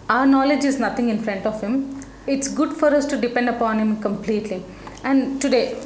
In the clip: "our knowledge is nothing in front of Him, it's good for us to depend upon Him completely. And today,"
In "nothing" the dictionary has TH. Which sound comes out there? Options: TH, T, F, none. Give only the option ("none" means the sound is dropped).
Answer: T